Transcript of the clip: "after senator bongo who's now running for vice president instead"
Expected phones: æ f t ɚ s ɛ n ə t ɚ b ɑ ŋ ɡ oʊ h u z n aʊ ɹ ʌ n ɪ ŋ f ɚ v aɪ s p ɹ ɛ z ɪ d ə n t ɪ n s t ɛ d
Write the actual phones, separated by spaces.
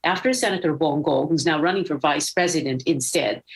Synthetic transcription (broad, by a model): æ f t ɚ s ɛ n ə t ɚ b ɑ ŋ ɡ oʊ h u z n aʊ ɹ ʌ n ɪ ŋ f ɚ v aɪ s p ɹ ɛ z ɪ d ə n t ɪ n s t ɛ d